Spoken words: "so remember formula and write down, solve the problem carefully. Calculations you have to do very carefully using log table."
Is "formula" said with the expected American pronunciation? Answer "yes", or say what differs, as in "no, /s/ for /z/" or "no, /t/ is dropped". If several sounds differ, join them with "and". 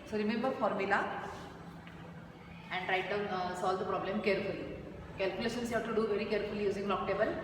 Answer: yes